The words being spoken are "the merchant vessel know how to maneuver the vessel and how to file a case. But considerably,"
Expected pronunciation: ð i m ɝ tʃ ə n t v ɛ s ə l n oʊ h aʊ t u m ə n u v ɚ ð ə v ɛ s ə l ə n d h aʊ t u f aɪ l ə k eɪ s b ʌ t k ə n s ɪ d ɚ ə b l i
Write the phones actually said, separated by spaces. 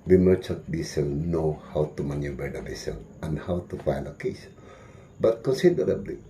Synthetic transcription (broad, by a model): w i m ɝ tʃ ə t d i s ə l n oʊ h aʊ t u m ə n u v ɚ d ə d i s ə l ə n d h aʊ t u f aɪ l ə k eɪ s b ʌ t k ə n s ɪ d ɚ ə b l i